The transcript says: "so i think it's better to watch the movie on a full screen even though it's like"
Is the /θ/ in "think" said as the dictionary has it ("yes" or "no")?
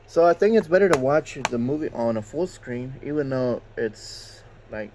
yes